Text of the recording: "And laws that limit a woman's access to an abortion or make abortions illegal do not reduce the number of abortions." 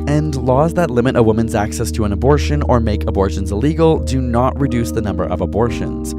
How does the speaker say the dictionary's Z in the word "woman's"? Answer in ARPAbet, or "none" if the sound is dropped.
Z